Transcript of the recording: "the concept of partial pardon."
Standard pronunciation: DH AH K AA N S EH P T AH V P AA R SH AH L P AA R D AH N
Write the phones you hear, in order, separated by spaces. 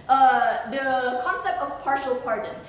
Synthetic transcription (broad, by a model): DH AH K AA N S EH P T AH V P AA R SH AH L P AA R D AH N